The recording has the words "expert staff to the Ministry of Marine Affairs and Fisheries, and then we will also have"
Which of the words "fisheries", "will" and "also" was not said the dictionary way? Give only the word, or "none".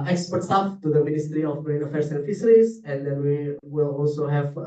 fisheries